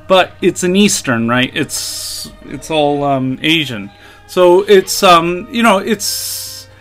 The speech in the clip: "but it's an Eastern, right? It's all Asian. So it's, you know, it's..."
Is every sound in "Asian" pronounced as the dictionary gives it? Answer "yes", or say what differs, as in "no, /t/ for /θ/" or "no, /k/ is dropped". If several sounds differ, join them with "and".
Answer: yes